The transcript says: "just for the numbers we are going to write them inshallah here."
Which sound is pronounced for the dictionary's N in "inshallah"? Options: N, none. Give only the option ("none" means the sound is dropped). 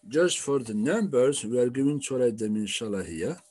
N